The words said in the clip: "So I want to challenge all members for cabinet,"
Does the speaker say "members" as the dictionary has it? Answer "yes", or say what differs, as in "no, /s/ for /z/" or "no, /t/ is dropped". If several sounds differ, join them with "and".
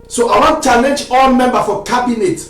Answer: no, /z/ is dropped